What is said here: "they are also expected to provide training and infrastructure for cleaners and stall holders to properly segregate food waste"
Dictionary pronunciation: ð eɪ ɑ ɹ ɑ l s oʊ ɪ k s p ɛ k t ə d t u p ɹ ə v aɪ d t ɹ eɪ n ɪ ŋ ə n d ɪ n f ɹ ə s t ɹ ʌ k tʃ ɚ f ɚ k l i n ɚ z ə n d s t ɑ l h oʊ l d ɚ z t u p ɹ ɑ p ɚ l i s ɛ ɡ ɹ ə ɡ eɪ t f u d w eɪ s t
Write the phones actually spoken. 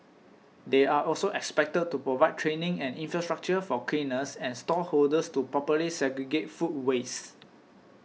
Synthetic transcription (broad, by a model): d eɪ ɑ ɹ ɑ l s oʊ ɪ k s p ɛ k t ə d t u p ɹ ə v aɪ d t ɹ eɪ n ɪ ŋ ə n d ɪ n f ɹ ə s t ɹ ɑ k tʃ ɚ f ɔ k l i n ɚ s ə n s t ɑ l h oʊ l d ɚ s t u p ɹ ɑ p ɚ l i s ɛ ɡ ɹ ə ɡ eɪ t f u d w eɪ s